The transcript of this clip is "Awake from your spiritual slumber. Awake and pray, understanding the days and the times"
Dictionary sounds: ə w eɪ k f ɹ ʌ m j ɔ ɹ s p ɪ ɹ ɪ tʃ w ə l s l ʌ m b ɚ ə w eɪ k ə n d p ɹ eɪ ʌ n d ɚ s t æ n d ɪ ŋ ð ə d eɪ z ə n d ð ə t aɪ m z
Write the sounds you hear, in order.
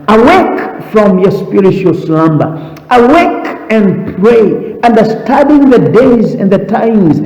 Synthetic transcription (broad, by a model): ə w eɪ k f ɹ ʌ m j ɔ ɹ s p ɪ ɹ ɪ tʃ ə l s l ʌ m b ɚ ə w eɪ k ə n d p ɹ eɪ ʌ n d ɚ s t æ d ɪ ŋ ð ə d eɪ z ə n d ð ə t aɪ m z